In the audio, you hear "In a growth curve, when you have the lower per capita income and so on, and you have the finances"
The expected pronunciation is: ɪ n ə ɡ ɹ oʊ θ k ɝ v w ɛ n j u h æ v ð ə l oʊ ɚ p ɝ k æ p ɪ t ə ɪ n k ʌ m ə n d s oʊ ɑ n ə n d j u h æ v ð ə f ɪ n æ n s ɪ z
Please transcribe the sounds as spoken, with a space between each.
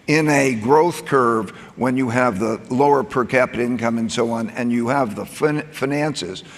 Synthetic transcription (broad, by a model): ɪ n ə ɡ ɹ oʊ θ k ɝ v w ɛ n j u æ v ð ə l oʊ ɚ p ɝ k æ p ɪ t ɪ n k ʌ m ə n s oʊ ɑ n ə n j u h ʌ v ð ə f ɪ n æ n s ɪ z